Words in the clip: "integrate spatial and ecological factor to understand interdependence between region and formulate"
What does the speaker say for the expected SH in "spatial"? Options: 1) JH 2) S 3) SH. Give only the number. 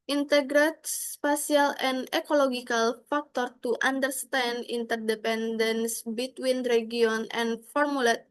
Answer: 2